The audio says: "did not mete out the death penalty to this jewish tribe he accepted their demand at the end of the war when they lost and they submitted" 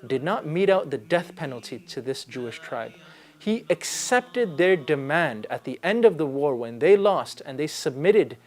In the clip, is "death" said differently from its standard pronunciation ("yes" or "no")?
no